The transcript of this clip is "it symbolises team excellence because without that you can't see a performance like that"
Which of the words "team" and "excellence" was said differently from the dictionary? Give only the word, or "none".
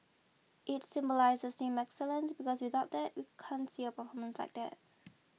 team